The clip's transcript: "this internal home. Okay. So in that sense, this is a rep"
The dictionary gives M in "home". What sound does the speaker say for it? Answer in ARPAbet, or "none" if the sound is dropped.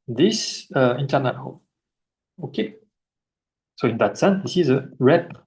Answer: none